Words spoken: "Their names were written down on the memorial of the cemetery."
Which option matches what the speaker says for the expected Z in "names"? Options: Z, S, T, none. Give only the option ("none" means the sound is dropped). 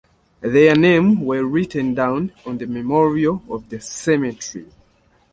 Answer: none